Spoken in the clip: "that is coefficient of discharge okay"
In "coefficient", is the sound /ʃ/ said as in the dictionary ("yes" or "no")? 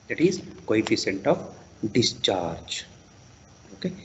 no